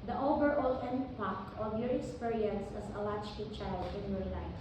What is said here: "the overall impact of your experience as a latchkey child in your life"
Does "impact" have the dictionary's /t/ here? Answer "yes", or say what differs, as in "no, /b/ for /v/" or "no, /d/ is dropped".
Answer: no, /t/ is dropped